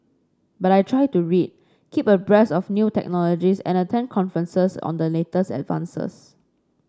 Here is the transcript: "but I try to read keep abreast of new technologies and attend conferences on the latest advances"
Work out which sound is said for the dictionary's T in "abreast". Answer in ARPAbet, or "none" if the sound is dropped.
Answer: none